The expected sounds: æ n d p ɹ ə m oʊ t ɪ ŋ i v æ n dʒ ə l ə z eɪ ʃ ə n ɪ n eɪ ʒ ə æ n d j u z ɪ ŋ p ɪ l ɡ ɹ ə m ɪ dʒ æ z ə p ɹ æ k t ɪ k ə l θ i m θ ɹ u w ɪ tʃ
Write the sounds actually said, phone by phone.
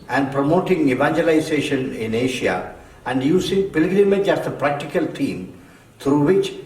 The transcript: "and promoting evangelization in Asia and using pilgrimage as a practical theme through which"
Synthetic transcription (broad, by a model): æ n d p ɹ ə m oʊ t ɪ ŋ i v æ n dʒ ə l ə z eɪ ʃ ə n ɪ n eɪ ʃ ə æ n d j u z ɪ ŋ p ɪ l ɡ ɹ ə m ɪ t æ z ə p ɹ æ k t ɪ k ə l t i m t ɹ u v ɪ tʃ